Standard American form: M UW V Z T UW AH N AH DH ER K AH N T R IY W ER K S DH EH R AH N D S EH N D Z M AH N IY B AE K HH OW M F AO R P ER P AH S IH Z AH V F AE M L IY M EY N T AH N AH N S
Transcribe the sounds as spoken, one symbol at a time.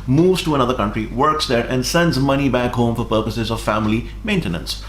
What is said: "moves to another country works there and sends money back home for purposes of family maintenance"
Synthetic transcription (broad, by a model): M UW V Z T UW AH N AH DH ER K AH N T R IY W ER K S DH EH R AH N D S EH N D Z M AH N IY B AE K HH OW M F AO R P ER P AH S IH Z AH V F AE M L IY M EY N T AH N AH N S